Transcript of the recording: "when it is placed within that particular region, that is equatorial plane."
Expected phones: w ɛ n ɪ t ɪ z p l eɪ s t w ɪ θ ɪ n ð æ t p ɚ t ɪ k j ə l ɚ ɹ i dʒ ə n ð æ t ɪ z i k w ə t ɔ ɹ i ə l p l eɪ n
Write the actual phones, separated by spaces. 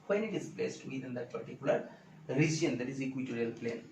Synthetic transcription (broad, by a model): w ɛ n ɪ t ɪ z b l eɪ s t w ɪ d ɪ n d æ t p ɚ t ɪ k j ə l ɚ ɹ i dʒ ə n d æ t ɪ z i k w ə t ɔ ɹ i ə l p l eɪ n